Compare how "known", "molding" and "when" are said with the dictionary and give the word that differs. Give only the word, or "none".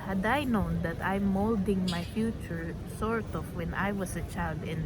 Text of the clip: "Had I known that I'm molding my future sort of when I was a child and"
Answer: none